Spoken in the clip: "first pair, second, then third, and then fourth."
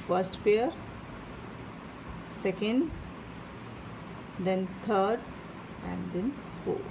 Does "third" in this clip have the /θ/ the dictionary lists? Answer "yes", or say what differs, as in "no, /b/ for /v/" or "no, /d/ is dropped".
no, /t/ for /θ/